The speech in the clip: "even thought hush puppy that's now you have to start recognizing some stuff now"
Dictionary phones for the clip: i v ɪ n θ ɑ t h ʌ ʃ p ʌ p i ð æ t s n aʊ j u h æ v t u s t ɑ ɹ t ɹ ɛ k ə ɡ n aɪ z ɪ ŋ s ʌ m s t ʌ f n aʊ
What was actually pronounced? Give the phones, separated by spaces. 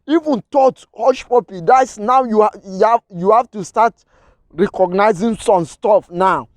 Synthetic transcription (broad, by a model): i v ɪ n t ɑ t h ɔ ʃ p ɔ p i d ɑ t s n aʊ j u h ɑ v t u s t ɑ t ɹ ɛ k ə ɡ n aɪ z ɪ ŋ s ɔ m s t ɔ f n aʊ